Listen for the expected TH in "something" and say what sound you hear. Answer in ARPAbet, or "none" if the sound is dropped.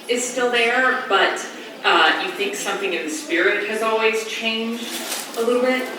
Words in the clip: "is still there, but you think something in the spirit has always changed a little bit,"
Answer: TH